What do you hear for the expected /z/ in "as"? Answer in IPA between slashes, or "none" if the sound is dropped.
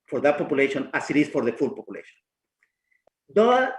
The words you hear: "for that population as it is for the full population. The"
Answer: /s/